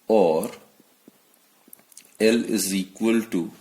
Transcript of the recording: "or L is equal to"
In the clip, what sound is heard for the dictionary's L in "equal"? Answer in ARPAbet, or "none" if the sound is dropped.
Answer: L